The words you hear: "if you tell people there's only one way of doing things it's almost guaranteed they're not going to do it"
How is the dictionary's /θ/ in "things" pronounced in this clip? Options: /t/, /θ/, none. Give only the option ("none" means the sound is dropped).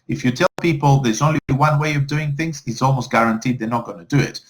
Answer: /θ/